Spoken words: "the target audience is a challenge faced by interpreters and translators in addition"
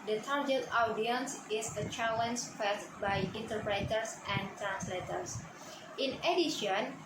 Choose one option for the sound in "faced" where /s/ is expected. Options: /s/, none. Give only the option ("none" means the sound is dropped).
none